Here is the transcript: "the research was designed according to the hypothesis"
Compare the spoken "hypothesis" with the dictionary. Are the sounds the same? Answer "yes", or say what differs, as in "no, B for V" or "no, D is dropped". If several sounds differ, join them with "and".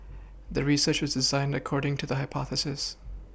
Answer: yes